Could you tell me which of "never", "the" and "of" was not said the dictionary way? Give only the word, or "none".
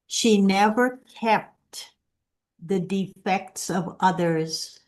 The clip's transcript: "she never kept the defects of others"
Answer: none